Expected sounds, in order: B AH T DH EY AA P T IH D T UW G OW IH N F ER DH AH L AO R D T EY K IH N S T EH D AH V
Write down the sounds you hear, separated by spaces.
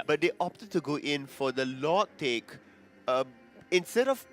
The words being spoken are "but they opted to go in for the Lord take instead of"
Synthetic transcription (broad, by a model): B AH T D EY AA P T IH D T UW G OW IH N F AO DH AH L AO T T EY K IH N S T EH D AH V